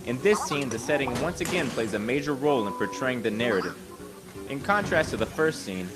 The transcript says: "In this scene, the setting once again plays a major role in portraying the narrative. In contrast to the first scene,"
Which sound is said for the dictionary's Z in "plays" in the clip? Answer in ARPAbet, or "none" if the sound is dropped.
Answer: Z